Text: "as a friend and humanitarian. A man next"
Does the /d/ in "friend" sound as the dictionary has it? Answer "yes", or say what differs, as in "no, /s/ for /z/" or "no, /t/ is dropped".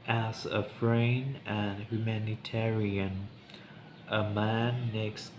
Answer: no, /d/ is dropped